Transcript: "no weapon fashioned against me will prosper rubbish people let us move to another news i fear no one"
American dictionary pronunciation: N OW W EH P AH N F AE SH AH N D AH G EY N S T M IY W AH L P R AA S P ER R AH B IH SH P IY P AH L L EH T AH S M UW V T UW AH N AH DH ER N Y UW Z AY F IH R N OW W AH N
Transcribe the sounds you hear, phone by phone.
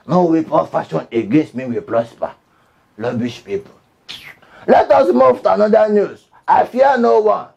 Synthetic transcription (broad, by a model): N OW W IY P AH F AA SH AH N AH G EY N S T M IY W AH P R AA S P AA L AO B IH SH P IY P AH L L EH T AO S M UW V T UW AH N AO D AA N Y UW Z AY F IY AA N OW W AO N